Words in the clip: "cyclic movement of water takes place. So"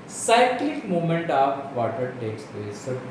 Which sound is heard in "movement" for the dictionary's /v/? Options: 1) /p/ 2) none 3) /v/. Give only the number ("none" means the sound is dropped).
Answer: 2